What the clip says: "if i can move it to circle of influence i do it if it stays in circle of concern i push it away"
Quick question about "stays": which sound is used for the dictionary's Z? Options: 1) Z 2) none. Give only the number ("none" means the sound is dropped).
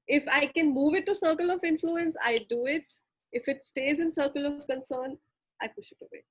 1